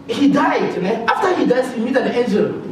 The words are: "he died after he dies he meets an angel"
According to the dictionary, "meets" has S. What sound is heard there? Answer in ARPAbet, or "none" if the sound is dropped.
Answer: none